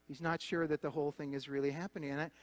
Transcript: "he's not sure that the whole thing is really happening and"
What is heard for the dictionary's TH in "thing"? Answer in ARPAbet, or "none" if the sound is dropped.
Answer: TH